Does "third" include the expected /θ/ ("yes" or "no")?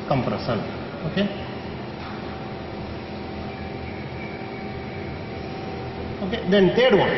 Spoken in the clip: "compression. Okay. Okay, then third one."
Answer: no